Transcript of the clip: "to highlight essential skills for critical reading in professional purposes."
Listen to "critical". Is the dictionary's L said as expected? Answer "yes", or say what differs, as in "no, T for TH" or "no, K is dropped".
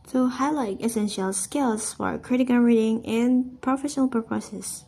no, N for L